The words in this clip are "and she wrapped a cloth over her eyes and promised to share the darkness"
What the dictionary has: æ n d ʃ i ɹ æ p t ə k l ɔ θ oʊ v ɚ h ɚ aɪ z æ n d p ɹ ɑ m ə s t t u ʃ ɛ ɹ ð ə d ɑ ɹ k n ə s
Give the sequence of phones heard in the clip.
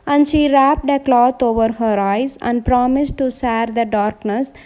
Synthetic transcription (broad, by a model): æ n d ʃ i ɹ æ p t ə k l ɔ t oʊ v ɚ h ɚ aɪ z æ n d p ɹ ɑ m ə s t t u s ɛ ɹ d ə d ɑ ɹ k n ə s